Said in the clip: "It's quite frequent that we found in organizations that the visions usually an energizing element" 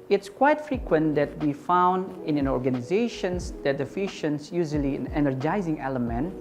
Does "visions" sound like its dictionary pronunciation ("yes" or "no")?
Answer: no